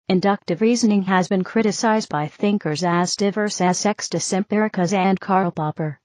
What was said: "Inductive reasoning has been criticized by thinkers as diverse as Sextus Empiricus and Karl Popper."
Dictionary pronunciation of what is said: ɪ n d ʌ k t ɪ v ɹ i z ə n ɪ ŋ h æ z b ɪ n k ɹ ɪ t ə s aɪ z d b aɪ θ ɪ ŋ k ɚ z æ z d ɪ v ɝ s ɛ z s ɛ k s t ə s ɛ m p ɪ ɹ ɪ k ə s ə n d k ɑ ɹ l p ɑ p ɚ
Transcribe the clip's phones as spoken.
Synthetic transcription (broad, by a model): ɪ n d ʌ k t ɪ v ɹ i z ə n ɪ ŋ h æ z b ɪ n k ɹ ɪ t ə s aɪ z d b aɪ θ ɪ ŋ k ɚ z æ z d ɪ v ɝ s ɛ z s ɛ k s t ə s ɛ m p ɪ ɹ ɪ k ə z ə n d k ɑ ɹ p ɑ p ɚ